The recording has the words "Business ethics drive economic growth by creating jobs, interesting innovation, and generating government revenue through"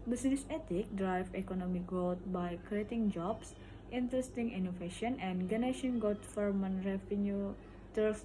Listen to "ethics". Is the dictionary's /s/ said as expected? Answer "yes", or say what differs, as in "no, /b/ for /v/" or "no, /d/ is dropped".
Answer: no, /s/ is dropped